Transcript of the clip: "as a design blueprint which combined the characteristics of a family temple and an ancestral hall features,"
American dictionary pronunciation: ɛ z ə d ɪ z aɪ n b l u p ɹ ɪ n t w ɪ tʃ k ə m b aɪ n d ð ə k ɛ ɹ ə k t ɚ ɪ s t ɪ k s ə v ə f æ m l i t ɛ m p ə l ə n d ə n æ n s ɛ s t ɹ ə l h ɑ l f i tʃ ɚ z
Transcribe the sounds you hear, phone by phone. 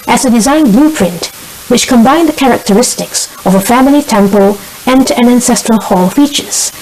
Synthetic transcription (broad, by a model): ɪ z ə d ɪ z aɪ n b l u p ɹ ɪ n t w ɪ tʃ k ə m b aɪ n ð ə k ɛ ɹ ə k t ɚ ɪ s t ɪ k s ə v ə f æ m l i t ɛ m p ə l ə n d ə n æ n s ɛ s t ɹ ə l h ɑ l f i tʃ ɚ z